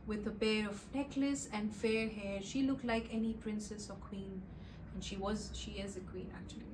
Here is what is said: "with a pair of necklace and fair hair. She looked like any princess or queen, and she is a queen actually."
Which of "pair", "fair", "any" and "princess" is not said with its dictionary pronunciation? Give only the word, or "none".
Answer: pair